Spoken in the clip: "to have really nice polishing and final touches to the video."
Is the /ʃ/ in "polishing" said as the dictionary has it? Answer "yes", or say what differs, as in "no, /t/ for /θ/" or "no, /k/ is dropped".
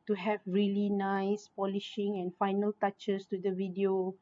yes